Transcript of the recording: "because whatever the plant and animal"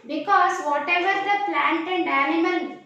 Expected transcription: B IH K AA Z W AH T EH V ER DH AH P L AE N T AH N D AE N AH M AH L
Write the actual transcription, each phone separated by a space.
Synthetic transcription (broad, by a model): B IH K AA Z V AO T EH V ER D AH P L AE N T AH N D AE N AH M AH L